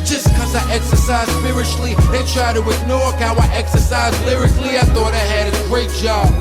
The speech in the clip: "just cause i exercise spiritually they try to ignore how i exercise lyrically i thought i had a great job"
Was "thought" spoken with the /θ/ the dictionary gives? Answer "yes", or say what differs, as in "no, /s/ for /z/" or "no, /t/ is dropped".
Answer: yes